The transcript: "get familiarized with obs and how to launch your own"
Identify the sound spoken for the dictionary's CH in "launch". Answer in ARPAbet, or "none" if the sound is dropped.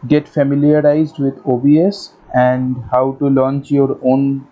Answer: CH